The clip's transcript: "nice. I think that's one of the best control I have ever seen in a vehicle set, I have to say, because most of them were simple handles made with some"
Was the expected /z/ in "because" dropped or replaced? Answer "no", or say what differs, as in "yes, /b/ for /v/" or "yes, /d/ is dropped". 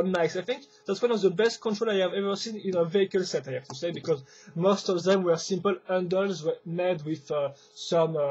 no